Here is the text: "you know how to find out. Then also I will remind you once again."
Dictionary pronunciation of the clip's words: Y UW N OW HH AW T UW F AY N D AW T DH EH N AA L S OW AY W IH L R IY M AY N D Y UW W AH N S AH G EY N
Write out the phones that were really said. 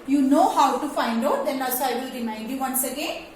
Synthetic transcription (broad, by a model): Y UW N OW HH AW T UW F AY N D AW T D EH N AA S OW AY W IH L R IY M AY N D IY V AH N S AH G EY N